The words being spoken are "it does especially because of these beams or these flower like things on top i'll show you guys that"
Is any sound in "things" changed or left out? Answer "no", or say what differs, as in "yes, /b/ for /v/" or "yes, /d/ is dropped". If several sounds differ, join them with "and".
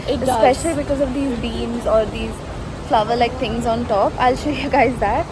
yes, /t/ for /θ/